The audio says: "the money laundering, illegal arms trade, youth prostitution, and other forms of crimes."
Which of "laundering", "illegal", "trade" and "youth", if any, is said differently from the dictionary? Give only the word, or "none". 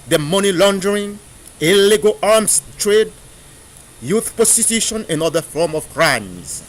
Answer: none